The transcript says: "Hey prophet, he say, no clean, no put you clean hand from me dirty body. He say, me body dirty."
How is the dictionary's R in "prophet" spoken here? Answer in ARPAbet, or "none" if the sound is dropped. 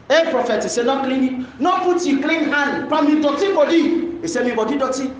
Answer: R